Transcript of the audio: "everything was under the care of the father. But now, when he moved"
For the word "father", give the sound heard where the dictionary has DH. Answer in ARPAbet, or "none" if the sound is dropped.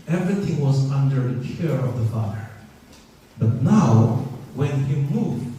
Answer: none